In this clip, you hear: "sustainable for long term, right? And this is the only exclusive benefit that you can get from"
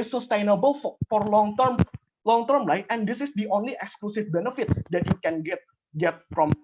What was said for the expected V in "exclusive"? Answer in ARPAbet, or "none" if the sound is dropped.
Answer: F